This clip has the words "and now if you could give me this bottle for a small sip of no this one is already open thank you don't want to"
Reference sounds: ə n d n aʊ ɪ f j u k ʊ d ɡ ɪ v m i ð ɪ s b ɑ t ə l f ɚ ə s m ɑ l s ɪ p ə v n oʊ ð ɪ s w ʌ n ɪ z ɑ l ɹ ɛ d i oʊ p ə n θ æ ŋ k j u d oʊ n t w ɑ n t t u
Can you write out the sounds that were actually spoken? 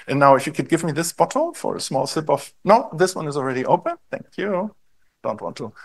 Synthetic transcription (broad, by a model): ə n n aʊ ɪ f j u k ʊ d ɡ ɪ v m i ð ɪ s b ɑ t l f ɚ ə s m ɑ l s ɪ p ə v n oʊ ð ɪ s w ʌ n ɪ z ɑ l ɹ ɛ d i oʊ p ə n θ æ ŋ k j u d oʊ n t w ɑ n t t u